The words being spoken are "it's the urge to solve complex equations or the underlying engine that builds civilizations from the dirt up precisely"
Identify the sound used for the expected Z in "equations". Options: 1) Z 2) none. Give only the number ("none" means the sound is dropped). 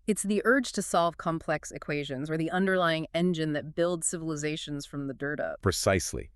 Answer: 1